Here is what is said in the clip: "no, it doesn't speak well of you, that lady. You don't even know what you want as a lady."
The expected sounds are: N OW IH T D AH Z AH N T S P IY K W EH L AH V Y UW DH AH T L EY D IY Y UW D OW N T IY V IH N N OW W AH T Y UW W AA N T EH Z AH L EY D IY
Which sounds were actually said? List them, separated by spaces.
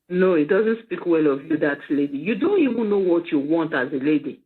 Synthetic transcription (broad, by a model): N OW IH T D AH Z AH N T S P IY K W EH L AH V Y UW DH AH T L EY D IY Y UW D OW N T IY V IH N N OW W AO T Y UW W AA N T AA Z AH L EY D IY